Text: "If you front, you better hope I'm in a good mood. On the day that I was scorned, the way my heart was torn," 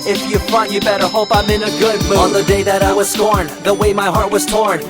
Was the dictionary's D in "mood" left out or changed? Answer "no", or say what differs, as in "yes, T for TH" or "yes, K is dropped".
yes, D is dropped